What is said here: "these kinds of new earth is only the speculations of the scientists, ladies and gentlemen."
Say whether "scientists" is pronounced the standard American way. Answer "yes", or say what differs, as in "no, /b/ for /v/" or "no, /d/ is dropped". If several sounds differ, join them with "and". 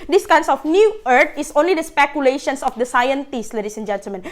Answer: yes